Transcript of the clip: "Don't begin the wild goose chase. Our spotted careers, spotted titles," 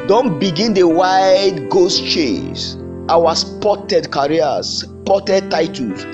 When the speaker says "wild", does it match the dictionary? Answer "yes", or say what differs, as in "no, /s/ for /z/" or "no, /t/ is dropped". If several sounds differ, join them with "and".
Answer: no, /l/ is dropped